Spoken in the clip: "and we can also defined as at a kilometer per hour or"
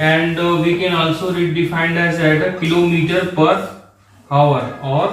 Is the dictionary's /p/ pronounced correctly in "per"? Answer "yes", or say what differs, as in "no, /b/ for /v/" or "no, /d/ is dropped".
yes